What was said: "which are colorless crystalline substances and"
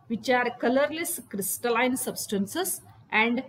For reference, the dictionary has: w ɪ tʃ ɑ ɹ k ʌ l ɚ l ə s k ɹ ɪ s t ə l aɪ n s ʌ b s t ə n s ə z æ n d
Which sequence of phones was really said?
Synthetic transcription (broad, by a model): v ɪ tʃ ɑ ɹ k ʌ l ɚ l ə s k ɹ ɪ s t ə l aɪ n s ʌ b s t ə n s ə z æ n d